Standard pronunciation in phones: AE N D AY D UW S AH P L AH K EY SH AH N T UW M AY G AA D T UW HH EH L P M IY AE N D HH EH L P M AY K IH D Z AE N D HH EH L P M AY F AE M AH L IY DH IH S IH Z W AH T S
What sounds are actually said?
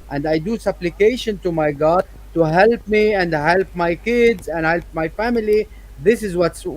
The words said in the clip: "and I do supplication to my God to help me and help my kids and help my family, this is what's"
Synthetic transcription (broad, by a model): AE N D AY D UW S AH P L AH K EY SH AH N T UW M AY G AA D T UW HH EH L P M IY AE N D HH EH L P M AY K IH D Z AE N D HH EH L P M AY F AE M AH L IY DH IH S IH Z W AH T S